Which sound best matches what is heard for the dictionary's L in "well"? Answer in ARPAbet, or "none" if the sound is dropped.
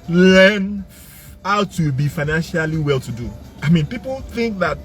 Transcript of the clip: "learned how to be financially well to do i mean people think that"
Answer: L